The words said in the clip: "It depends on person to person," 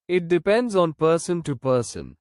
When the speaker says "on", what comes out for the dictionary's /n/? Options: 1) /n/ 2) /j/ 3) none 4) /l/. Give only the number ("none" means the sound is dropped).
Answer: 1